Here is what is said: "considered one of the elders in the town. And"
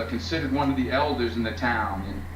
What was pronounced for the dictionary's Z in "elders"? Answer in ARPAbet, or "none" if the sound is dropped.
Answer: Z